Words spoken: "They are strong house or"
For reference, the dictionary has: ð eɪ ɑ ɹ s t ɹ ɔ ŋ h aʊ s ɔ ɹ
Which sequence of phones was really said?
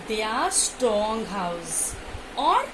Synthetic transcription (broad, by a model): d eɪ ɑ ɹ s t ɔ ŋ h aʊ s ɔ ɹ